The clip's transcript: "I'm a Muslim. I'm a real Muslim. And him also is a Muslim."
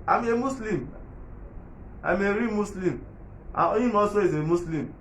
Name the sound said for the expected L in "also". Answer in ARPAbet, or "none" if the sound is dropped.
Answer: none